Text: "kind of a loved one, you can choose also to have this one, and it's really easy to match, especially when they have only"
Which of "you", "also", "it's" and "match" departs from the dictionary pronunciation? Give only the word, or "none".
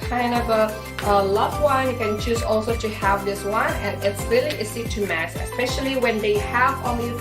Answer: match